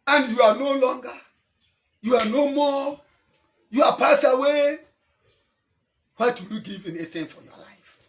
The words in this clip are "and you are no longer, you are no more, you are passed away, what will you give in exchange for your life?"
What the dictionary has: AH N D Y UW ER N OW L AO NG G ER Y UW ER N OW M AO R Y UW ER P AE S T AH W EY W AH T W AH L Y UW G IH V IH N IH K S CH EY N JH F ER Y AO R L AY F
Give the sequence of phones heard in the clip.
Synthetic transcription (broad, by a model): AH N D Y UW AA N OW L AO NG G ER Y UW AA N OW M AO Y UW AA P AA S AH W EY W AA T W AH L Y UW G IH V IH N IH S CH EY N F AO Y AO L AY F